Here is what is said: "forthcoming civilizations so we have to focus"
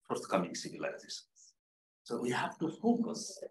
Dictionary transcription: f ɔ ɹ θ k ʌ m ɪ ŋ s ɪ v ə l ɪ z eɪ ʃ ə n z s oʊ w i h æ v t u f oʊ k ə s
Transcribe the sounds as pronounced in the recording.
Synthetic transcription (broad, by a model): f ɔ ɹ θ k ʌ m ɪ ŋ s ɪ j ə l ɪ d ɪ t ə z s oʊ w i h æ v t u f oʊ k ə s